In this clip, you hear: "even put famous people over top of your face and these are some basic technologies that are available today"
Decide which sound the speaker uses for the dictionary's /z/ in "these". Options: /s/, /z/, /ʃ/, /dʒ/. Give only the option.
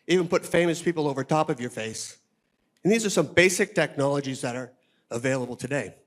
/z/